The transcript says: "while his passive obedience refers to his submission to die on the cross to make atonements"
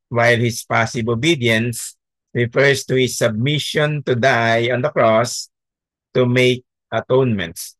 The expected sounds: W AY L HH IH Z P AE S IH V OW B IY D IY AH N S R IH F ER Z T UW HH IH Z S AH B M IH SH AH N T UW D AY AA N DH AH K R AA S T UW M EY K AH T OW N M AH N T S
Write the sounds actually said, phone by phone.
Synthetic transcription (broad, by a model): W AY L HH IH S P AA S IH B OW B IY D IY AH N S R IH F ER S T UW HH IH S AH B M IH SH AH N T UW D AY AA N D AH K R AA S T UW M EY K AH T OW N M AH N T S